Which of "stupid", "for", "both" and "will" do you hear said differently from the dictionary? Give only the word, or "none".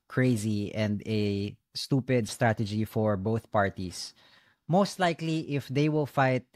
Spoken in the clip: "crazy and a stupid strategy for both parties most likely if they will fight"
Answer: none